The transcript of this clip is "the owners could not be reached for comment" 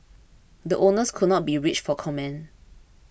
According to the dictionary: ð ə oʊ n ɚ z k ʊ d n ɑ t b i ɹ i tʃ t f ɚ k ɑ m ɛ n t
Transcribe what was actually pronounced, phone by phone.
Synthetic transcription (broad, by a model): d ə oʊ n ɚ s k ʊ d n ɑ t b i ɹ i tʃ f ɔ k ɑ m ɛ n